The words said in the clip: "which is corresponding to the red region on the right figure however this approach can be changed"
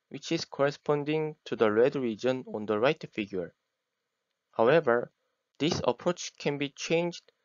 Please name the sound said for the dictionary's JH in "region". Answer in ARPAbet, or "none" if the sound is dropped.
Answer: JH